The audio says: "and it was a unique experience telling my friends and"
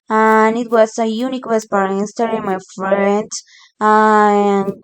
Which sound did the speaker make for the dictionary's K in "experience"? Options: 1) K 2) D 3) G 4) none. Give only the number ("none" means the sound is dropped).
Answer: 4